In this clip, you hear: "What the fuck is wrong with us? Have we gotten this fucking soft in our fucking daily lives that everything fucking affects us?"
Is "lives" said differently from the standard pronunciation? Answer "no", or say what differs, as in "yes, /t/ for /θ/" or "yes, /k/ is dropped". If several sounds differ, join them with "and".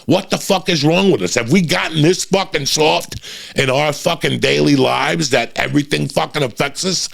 no